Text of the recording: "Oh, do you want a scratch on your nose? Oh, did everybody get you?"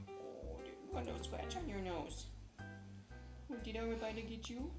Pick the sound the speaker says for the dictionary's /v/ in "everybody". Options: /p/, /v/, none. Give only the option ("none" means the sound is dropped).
none